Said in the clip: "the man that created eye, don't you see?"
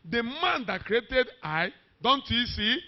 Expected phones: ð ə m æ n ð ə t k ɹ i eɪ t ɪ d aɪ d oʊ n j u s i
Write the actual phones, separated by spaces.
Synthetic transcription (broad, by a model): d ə m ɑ n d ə t k ɹ i eɪ t ɪ d aɪ d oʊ n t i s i